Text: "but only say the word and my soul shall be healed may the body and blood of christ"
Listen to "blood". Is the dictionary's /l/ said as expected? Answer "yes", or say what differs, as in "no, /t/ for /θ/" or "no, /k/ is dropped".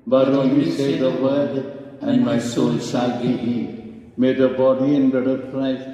no, /l/ is dropped